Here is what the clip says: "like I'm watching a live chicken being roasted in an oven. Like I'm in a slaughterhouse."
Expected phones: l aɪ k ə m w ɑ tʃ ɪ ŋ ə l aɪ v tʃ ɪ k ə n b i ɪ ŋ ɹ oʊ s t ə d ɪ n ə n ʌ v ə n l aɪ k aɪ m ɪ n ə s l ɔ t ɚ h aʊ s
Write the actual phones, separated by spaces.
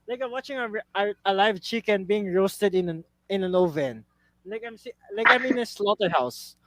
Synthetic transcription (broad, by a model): l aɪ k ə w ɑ tʃ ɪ ŋ ə l aɪ v tʃ ɪ k ə n b i ɪ ŋ ɹ oʊ s t ə d ɪ n ə n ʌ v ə n l aɪ k aɪ m ɪ n ə s l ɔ t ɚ h aʊ s